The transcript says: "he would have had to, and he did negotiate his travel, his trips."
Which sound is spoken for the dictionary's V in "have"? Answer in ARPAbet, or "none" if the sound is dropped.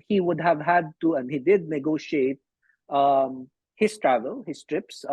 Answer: V